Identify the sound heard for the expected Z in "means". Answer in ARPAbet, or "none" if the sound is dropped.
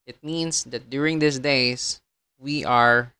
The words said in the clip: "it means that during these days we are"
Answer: S